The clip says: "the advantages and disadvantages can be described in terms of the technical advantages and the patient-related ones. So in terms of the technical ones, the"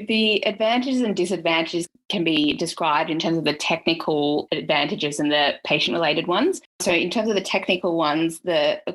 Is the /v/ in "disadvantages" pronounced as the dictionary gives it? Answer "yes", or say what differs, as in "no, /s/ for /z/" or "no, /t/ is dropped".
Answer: yes